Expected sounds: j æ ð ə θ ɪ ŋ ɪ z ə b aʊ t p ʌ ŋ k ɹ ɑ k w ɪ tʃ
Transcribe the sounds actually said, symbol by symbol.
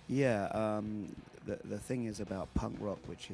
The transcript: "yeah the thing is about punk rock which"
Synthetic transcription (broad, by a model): j æ ð ə θ ɪ ŋ ɪ z ə b aʊ t p ʌ ŋ k ɹ ɑ k w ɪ tʃ